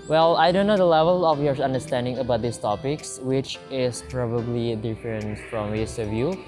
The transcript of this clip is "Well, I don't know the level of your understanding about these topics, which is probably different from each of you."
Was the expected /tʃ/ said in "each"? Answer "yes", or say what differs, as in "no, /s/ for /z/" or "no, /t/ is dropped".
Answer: no, /s/ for /tʃ/